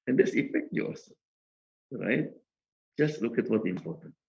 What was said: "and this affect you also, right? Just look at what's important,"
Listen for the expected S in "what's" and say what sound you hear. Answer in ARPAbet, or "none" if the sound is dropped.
none